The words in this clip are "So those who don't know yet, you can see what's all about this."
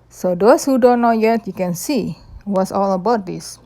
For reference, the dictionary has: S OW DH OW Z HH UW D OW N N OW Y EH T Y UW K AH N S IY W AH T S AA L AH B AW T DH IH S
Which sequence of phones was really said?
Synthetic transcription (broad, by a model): S OW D OW S HH UW D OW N N OW Y EH T Y UW K AH N S IY W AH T S AA L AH B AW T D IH S